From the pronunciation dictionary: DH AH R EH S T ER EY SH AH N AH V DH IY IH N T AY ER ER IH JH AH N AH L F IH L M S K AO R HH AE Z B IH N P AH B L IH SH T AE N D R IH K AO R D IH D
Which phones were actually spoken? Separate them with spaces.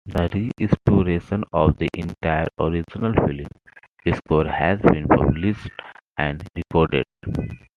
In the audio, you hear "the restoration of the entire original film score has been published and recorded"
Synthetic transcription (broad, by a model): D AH R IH S T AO EY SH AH N AH V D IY IH N T AY ER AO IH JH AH N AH L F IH L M S K AO R HH AE Z B IH N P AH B L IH S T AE N D R IH K AO R D IH D